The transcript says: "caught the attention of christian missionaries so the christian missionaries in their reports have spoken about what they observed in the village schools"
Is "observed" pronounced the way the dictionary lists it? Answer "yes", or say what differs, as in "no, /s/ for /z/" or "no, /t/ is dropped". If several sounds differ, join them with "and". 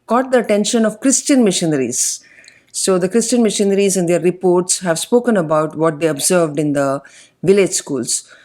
yes